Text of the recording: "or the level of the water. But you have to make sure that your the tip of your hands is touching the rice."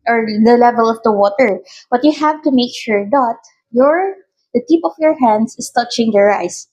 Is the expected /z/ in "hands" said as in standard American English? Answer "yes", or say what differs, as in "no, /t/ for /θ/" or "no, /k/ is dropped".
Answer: no, /s/ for /z/